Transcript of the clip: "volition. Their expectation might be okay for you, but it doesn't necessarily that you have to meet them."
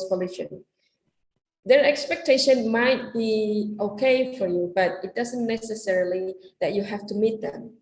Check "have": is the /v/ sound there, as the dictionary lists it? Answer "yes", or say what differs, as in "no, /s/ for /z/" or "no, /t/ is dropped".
no, /f/ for /v/